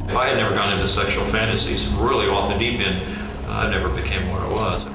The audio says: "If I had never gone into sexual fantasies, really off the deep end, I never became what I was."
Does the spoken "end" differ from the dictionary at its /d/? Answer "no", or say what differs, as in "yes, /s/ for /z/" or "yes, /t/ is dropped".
yes, /d/ is dropped